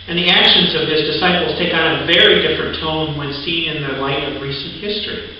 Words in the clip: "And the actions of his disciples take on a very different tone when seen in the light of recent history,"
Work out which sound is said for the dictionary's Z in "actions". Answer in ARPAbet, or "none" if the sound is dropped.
Z